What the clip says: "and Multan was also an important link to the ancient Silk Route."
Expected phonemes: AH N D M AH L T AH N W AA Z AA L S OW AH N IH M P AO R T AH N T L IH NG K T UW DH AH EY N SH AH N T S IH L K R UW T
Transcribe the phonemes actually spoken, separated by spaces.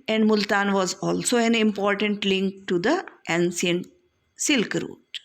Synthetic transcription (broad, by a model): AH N D M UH L T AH N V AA Z AA L S OW AH N IH M P AO R T AH N T L IH NG K T UW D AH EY N S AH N S IH L K R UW T